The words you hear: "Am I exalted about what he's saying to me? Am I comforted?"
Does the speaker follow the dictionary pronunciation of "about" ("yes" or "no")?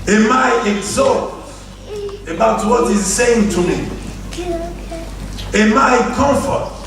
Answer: yes